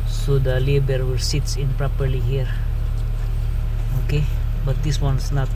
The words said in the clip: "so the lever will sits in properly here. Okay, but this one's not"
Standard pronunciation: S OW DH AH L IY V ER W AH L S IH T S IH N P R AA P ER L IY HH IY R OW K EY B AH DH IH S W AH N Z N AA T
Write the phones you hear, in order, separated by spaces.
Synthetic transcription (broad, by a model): S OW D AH L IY B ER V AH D S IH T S IH N P R AA P ER L IY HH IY R OW K EY B AH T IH S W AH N S N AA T